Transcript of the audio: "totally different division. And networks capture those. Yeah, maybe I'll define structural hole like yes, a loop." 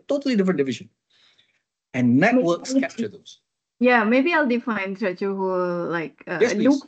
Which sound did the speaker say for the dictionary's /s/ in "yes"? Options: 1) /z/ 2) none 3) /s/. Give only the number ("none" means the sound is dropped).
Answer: 2